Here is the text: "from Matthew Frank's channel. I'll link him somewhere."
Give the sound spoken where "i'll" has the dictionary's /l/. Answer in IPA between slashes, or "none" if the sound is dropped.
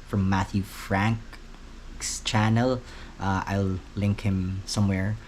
/l/